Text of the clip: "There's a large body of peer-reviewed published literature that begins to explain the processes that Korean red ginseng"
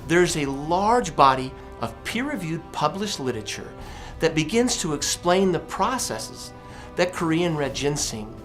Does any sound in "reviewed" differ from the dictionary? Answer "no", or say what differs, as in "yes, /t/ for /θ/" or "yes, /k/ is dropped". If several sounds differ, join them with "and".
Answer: no